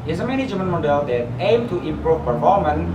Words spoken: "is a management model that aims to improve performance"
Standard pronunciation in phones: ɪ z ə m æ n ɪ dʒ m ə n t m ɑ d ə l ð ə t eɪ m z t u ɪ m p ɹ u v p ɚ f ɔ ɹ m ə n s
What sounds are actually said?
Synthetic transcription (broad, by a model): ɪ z ə m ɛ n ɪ dʒ m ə n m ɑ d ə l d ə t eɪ m t u ɪ m p ɹ u v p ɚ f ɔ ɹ m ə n